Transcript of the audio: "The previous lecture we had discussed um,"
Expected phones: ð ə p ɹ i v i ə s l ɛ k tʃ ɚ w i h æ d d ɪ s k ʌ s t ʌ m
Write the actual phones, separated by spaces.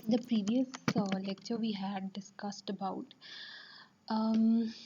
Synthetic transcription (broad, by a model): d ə p ɹ i v i ə s l ɛ k tʃ ɚ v i h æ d d ɪ s k ʌ s t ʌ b